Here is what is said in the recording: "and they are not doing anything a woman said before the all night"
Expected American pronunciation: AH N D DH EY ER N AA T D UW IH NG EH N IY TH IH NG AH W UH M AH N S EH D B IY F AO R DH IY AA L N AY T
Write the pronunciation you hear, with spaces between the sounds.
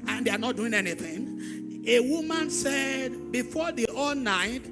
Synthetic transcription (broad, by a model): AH N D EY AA N AA T D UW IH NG EH N IY TH IH NG AH W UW M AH N S EH D B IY F AO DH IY AA L N AY T